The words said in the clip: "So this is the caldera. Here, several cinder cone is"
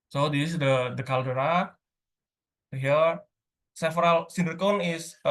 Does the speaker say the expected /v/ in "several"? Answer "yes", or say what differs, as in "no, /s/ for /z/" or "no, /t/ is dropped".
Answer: no, /f/ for /v/